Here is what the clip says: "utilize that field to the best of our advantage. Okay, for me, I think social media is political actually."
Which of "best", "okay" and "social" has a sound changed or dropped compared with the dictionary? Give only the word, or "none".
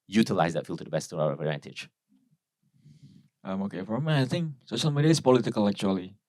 social